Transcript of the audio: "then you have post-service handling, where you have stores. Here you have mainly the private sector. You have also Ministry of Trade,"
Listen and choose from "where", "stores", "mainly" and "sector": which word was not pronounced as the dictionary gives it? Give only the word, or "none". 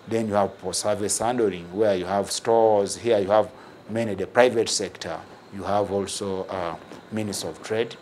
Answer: mainly